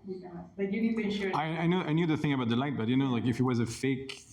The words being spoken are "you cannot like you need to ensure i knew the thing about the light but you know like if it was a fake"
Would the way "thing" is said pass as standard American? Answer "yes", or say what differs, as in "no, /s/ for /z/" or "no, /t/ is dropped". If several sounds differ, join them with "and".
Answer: yes